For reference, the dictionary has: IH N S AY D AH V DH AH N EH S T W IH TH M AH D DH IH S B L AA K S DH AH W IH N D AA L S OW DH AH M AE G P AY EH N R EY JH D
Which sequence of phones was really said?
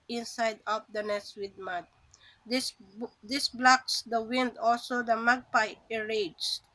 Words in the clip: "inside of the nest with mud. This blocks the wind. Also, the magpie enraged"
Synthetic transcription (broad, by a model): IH N S AY D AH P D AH N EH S W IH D M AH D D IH S B L AA K S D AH W IH N D AA L S OW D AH M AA G P AY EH R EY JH